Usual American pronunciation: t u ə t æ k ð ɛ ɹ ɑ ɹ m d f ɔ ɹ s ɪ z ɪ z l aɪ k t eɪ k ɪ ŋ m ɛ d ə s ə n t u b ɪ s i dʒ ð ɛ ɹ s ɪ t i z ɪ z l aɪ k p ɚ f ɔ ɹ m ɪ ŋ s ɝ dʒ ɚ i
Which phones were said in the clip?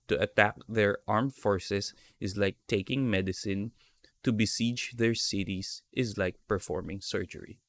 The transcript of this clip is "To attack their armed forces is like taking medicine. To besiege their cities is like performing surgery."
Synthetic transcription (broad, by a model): t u ə t æ k ð ɛ ɹ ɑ ɹ m f ɔ ɹ s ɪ s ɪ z l aɪ k t eɪ k ɪ ŋ m ɛ d ə s ə n t u b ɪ s i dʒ ð ɛ ɹ s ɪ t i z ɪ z l aɪ k p ɚ f ɔ ɹ m ɪ ŋ s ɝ dʒ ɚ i